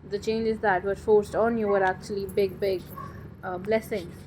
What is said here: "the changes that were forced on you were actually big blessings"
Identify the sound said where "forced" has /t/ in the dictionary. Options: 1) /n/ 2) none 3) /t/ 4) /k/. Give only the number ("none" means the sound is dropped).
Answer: 3